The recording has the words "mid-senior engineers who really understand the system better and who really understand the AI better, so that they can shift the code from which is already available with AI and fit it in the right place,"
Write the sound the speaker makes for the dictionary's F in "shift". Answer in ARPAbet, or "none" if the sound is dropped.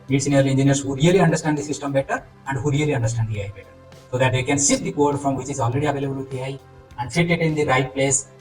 none